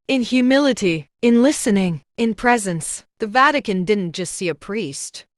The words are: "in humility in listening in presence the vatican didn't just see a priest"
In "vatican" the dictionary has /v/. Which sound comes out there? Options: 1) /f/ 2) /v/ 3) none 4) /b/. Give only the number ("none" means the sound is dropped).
2